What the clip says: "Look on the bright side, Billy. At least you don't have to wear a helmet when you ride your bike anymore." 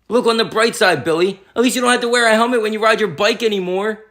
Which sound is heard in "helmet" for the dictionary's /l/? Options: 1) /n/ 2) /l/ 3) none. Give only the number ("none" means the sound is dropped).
3